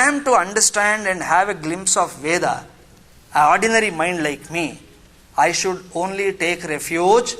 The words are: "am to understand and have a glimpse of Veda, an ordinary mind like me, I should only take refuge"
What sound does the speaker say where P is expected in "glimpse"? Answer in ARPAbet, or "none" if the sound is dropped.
P